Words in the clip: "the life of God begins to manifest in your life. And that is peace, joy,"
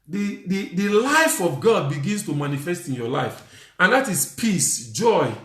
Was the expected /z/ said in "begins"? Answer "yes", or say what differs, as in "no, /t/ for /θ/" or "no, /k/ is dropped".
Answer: no, /s/ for /z/